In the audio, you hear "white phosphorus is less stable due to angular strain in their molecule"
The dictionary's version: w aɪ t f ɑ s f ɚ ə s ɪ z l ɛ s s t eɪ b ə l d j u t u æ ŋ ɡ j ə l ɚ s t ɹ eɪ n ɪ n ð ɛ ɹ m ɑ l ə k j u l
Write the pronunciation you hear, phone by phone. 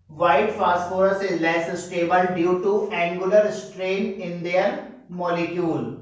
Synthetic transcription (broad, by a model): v aɪ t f ɑ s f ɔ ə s ɪ z l ɛ s s t eɪ b ə l d j u t u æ ŋ ɡ j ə l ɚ s t ɹ eɪ n ɪ n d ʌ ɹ m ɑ l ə k j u l